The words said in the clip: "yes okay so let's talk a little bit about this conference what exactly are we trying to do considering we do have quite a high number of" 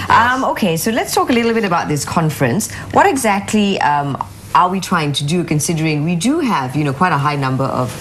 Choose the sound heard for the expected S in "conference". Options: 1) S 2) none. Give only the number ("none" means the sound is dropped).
1